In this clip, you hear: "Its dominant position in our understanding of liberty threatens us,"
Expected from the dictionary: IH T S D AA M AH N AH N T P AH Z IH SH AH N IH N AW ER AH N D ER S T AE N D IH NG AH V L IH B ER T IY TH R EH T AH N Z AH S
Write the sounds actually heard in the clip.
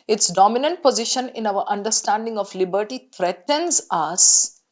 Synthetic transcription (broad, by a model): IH T S D AA M AH N AH N T P AH Z IH SH AH N IH N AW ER AH N D ER S T AE N D IH NG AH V L IH B ER T IY T R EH T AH N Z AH S